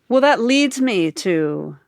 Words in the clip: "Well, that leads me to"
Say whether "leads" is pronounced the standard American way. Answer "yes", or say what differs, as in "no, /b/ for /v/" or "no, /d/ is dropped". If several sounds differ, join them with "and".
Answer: yes